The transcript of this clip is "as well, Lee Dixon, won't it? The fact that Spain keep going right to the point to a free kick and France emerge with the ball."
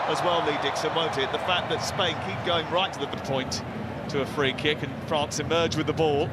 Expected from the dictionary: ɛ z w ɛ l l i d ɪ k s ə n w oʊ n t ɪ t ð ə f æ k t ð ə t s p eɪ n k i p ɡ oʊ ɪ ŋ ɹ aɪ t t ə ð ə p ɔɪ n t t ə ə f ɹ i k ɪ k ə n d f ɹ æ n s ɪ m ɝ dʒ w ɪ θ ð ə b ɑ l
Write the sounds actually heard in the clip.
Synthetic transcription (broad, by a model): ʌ z w ɛ l l i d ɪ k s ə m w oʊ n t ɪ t ð ə f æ k ð ə t s p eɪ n k i p ɡ oʊ ɪ ŋ ɹ aɪ t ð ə ð ə p ɔɪ n t t ə ə f ɹ i k ɪ k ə n f ɹ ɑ n s ɪ m ɝ dʒ w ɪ ð ə b ɑ l